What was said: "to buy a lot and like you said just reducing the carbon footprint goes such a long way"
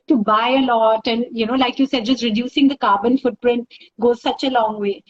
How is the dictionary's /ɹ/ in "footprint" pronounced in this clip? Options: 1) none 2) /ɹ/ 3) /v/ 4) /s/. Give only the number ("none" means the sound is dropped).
2